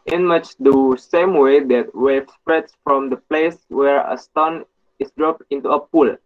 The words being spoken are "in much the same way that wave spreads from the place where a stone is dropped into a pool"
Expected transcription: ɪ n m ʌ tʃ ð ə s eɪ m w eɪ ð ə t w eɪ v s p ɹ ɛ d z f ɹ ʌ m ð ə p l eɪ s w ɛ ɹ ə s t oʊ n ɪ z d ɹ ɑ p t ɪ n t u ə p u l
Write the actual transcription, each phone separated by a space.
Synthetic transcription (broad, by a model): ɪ n m ʌ tʃ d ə s eɪ m w eɪ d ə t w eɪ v s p ɹ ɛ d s f ɹ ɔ m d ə p l eɪ s w ɛ ɹ ə s t oʊ n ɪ s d ɹ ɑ p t ɪ n t u ə p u l